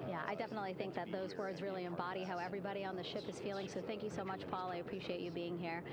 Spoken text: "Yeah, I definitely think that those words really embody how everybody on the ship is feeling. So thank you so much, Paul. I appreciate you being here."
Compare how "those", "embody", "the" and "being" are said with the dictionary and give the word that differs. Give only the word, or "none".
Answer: none